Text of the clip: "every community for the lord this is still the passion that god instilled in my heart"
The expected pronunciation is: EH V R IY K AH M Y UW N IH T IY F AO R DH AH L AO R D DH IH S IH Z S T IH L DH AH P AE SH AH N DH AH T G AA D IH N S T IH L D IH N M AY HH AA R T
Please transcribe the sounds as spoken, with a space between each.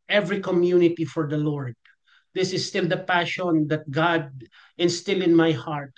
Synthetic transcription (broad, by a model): EH V R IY K AH M Y UW N IH T IY F AO R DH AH L AO R D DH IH S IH S T IH L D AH P AE SH AH N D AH T G AA D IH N S T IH L IH N M AY HH AA R T